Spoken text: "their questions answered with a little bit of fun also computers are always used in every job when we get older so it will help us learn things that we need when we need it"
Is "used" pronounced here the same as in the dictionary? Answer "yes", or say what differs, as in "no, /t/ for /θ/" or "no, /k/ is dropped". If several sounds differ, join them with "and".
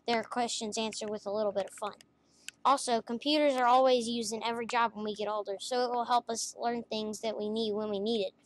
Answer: no, /d/ is dropped